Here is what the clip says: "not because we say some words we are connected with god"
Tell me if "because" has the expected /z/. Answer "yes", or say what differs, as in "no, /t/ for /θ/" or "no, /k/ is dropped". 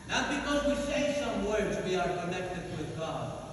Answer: yes